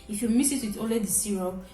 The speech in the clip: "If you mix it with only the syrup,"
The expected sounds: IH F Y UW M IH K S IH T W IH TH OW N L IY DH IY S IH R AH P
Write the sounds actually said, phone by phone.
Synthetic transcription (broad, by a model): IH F Y UW M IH S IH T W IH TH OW L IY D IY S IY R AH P